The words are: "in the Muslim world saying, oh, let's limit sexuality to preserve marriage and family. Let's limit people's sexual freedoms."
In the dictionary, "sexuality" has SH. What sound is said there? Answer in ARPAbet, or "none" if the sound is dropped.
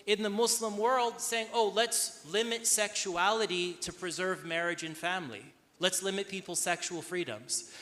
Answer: SH